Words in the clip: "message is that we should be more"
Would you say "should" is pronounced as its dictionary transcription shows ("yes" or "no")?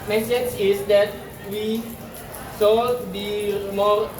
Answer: no